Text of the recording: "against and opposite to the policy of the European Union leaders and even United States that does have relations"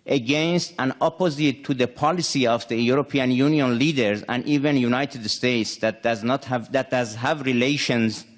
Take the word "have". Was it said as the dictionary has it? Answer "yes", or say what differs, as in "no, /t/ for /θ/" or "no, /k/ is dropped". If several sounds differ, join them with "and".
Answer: yes